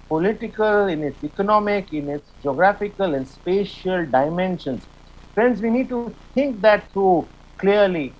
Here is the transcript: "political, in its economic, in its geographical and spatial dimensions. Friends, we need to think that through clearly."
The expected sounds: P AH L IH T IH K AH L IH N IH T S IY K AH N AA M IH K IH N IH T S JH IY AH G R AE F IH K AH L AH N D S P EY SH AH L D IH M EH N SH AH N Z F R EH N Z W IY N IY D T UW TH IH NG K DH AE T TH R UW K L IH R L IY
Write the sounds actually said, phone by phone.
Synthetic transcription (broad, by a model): P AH L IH T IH K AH L IH N IH T S IY K AH N AA M IH K IH N IH T S JH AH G R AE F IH K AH L AH N D S P EY SH AH L D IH M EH N SH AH N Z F R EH N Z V IY N IY D T UW T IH NG K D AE T T R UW K L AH R L IY